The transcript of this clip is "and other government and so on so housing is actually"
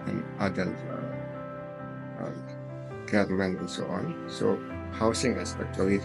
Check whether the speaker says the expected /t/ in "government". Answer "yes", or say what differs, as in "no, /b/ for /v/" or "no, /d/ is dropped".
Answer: no, /t/ is dropped